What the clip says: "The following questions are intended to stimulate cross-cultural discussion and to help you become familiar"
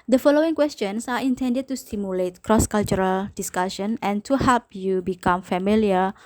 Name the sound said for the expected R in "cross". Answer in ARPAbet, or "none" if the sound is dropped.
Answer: R